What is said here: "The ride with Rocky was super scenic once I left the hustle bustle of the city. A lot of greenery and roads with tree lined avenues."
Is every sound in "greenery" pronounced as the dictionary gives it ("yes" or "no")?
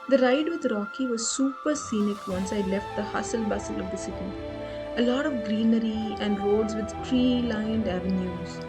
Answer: yes